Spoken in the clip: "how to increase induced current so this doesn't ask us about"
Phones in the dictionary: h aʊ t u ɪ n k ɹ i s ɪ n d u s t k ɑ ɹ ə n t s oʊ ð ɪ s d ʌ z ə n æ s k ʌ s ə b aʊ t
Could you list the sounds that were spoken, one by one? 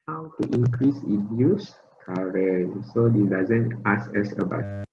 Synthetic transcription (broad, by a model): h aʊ t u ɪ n k ɹ i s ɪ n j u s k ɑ ɹ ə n s oʊ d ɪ d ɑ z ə n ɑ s ɛ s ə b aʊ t